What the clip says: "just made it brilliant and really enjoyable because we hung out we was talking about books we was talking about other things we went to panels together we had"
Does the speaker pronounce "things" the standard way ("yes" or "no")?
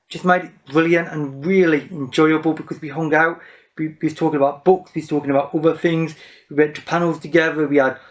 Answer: yes